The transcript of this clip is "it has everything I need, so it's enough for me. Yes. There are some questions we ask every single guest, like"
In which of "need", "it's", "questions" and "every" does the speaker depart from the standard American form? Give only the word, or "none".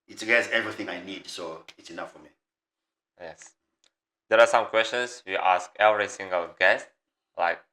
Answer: questions